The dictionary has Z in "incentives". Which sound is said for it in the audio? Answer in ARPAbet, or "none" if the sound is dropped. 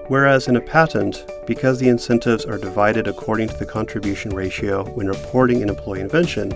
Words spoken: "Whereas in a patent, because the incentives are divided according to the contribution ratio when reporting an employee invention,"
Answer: Z